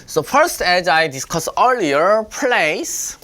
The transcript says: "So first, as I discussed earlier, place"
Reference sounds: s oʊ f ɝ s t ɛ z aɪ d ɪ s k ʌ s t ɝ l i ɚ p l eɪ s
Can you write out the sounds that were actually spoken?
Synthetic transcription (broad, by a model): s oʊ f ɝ s t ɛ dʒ aɪ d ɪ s k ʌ s ɝ l i ɚ p l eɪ s